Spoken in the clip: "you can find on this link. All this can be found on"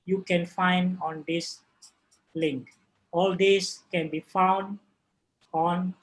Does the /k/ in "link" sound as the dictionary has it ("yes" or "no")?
yes